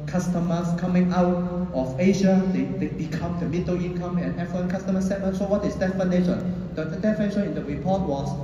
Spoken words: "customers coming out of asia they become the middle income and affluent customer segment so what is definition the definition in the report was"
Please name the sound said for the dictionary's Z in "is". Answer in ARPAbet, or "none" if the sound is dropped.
S